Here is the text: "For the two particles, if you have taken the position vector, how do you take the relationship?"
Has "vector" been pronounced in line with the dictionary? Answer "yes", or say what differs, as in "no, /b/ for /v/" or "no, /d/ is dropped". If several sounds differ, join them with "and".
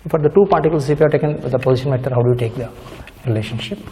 no, /k/ is dropped